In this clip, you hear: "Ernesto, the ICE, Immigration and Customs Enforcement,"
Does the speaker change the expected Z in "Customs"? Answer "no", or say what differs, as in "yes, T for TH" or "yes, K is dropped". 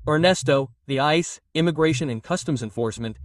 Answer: no